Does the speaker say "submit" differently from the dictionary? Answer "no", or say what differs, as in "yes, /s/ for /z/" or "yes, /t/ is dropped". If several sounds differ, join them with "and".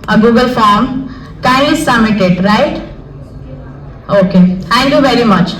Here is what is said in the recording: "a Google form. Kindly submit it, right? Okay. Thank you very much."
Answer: yes, /b/ is dropped